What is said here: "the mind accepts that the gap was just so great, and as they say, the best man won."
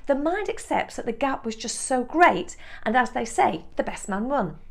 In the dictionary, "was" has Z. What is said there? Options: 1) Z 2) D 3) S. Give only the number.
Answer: 1